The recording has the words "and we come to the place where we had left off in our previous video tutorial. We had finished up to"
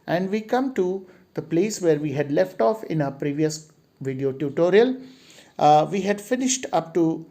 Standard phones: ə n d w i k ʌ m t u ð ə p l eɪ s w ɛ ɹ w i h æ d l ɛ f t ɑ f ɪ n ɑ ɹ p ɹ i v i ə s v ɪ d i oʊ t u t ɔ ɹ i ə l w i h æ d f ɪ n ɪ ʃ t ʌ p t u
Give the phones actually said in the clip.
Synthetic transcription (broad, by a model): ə n d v i k ʌ m t u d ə p l eɪ s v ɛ ɹ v i h æ d l ɛ f t ɑ f ɪ n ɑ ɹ p ɹ i v i ə s v ɪ d i oʊ t u t ɔ ɹ i ə l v i h æ d f ɪ n ɪ ʃ t ʌ p t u